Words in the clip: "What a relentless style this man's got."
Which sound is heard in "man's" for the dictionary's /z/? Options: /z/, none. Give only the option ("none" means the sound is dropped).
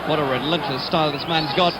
/z/